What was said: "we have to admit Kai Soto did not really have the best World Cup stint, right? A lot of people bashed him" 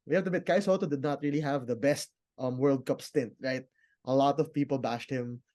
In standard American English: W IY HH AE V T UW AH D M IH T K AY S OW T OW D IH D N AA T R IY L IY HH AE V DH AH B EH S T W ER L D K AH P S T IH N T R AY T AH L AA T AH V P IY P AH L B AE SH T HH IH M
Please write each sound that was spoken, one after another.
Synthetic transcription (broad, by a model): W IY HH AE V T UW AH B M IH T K AY S OW T OW D IH D N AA T R IY L IY HH AE V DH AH B EH S T W ER L D K AH P S T IH N T R AY T AH L AA T AH V P IY P AH L B AE SH T HH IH M